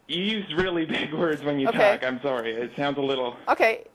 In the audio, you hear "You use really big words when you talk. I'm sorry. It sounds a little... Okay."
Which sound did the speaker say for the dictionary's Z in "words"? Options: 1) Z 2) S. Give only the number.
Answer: 1